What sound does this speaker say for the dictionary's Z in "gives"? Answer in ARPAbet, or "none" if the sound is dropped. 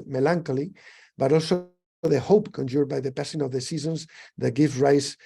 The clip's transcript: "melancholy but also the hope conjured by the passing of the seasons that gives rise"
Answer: none